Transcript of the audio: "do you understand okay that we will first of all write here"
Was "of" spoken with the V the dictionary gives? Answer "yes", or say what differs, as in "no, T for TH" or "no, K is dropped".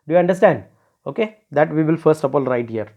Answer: no, P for V